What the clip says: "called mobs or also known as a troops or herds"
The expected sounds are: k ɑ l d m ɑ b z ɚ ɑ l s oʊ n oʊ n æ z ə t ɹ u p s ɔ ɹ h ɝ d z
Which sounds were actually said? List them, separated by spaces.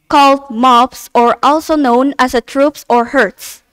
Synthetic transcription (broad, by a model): k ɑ l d m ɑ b s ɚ ɑ l s oʊ n oʊ n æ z ə t ɹ u p s ɔ ɹ h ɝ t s